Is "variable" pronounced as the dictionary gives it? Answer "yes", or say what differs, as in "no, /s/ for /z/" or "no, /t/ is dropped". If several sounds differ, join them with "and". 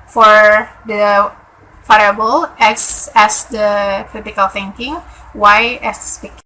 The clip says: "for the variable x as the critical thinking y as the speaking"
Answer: no, /f/ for /v/